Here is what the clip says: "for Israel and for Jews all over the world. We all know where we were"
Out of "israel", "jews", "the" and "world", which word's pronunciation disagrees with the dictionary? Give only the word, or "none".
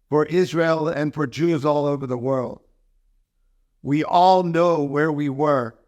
none